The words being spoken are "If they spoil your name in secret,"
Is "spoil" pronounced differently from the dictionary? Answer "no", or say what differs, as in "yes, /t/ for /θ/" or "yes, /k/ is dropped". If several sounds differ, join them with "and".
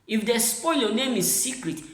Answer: no